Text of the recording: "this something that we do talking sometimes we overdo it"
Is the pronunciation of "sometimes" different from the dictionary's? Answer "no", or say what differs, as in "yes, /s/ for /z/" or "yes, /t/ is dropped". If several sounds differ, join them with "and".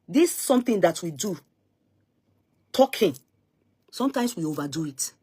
yes, /s/ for /z/